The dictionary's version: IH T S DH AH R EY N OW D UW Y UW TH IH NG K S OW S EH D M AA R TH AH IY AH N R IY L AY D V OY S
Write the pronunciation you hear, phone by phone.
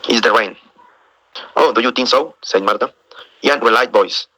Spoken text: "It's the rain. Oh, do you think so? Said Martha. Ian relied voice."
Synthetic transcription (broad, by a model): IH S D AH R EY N OW D UW Y UW T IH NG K S OW S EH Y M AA R T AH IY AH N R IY L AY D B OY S